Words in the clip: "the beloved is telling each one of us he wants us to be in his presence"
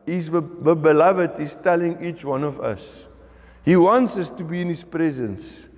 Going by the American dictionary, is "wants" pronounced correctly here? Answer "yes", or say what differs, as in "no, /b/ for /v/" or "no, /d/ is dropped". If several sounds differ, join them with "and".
yes